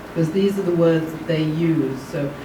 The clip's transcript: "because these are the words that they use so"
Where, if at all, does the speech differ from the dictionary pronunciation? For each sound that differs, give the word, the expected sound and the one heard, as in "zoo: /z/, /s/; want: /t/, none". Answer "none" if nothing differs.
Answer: none